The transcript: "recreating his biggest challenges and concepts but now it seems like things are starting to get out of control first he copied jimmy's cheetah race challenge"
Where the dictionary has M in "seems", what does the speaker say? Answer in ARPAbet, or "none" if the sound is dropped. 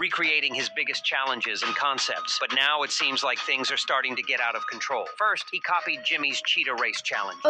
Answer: M